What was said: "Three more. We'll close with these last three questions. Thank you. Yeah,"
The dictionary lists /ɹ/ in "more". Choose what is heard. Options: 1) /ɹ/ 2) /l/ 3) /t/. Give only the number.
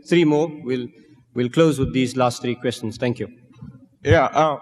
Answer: 2